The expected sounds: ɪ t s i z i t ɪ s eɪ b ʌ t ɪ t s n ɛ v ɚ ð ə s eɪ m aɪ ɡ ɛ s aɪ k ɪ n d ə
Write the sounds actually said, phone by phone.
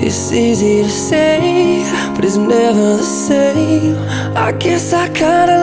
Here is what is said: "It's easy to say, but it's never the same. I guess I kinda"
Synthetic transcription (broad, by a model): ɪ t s i z i t ɪ s eɪ b ʌ t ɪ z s n ɛ v ɚ s eɪ aɪ ɡ ɛ s aɪ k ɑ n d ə